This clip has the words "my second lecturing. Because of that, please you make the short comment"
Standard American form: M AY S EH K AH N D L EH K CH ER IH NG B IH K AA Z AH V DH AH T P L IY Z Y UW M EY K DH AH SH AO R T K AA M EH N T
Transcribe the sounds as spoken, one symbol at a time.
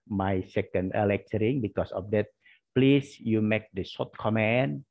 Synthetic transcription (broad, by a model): M AY S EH K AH N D L EH K CH ER IH NG B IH K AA S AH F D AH T P L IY S Y UW M EY K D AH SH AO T K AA M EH N